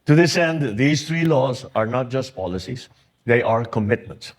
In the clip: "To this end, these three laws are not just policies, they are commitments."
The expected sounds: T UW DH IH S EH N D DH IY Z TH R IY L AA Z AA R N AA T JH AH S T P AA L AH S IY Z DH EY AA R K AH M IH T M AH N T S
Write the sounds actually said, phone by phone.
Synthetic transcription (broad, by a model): T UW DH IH S EH N D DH IY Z T R IY L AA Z AA R N AA T JH AH S T P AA L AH S IY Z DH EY AA R K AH M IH T M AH N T S